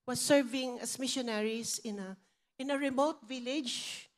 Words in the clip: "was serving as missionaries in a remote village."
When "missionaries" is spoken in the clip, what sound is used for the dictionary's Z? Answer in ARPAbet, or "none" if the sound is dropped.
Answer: S